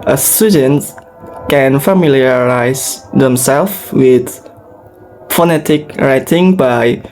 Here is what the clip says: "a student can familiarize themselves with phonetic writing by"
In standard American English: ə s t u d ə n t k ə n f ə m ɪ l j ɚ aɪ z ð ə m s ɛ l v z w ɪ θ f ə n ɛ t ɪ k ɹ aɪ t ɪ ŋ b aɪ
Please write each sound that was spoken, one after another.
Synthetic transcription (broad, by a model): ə s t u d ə n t k ə n f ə m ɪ l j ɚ aɪ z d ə m s ɛ l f w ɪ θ f ə n ɛ t ɪ k ɹ aɪ t ɪ ŋ b aɪ